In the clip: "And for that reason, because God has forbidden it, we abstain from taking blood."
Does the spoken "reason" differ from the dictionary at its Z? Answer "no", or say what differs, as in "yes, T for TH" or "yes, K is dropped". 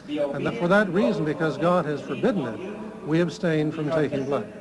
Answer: no